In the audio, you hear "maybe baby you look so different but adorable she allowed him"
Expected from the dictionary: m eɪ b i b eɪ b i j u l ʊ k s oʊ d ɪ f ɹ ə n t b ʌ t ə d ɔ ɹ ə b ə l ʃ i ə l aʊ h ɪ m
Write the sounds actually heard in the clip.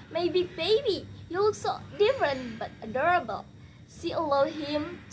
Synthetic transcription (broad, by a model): m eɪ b i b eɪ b i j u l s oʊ d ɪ f ɹ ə n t b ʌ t ə d ɔ ɹ ə b ə l s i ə l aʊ h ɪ m